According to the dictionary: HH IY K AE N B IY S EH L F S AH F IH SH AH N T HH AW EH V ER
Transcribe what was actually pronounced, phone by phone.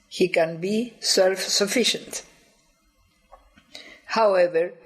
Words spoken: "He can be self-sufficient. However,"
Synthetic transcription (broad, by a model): HH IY K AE N B IY S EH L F S AH F IH SH AH N T HH AW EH V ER